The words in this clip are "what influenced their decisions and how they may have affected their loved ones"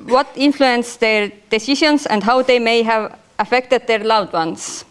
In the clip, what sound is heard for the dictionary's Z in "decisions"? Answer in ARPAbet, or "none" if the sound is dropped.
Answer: S